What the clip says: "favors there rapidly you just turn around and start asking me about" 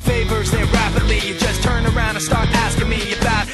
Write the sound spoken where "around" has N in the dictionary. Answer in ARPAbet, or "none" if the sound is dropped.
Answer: none